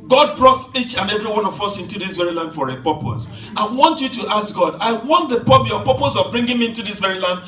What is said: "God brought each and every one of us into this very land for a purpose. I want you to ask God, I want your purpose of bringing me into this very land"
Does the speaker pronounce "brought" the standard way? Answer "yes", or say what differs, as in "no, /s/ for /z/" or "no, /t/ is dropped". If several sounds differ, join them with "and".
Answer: yes